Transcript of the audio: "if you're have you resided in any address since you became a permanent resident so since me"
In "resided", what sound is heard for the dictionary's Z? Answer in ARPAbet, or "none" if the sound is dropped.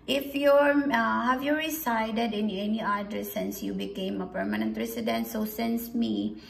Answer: S